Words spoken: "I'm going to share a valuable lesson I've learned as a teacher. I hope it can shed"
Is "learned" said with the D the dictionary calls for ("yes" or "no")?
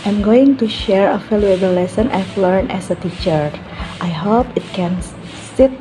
no